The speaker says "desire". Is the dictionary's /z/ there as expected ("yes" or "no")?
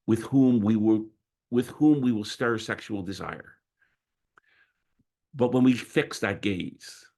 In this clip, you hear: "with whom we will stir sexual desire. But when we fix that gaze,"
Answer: yes